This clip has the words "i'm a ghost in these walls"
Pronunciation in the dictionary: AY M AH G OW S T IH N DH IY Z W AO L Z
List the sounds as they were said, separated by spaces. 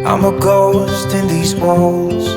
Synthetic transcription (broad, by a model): AY M AH G OW S T IH N DH IY Z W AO L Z